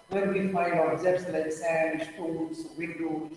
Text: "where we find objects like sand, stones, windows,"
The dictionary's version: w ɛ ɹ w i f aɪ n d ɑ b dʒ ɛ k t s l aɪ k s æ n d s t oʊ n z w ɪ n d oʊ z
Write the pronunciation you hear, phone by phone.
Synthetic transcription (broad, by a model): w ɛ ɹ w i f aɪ d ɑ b z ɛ t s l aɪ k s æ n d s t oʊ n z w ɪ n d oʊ